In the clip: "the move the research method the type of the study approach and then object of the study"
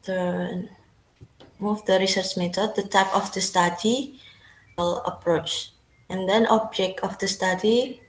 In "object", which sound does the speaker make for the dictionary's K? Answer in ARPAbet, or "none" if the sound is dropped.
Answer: K